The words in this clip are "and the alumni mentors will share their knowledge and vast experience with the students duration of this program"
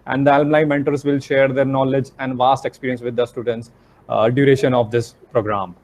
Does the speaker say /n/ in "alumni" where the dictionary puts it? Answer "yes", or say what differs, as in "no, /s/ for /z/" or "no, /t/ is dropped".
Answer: no, /l/ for /n/